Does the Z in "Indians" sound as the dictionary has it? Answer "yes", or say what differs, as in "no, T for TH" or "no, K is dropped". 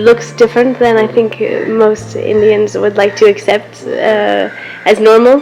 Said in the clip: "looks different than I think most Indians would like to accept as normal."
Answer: yes